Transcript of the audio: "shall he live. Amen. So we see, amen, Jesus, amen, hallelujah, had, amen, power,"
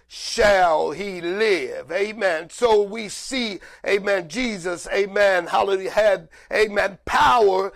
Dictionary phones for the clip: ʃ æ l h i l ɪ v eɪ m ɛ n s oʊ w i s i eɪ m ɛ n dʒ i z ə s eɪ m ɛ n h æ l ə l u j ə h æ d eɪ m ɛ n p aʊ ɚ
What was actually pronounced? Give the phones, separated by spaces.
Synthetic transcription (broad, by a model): ʃ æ l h i l ɪ v eɪ m ɛ n s oʊ w i s i eɪ m ɛ n dʒ i z ə s eɪ m ɛ n h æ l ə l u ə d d eɪ m ɛ n p aʊ ɚ